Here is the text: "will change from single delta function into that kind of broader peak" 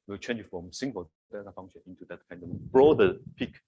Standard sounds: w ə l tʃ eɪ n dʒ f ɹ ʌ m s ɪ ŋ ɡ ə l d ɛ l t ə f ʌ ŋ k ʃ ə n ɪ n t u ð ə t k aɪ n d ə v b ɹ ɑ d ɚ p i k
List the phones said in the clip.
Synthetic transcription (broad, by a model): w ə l tʃ eɪ n dʒ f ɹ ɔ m s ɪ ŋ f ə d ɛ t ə f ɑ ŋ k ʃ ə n ɪ n t u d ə t k aɪ n d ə w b ɹ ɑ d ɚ p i k